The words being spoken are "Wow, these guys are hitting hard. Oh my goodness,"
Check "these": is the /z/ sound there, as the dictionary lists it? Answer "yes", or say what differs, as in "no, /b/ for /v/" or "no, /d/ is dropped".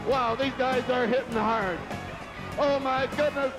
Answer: yes